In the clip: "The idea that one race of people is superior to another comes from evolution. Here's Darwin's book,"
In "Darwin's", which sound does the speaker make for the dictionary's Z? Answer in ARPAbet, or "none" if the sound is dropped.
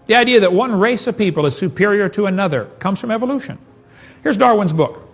Z